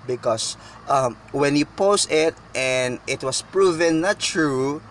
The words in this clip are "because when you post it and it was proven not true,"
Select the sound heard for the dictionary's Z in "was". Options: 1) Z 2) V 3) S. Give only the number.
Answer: 3